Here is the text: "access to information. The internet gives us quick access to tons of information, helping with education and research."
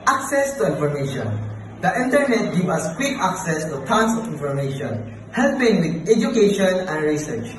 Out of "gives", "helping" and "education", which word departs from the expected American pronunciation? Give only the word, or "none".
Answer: gives